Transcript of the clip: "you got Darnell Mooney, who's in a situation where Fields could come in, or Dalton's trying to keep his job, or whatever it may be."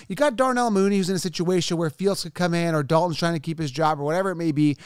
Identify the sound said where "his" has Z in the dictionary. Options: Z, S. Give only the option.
Z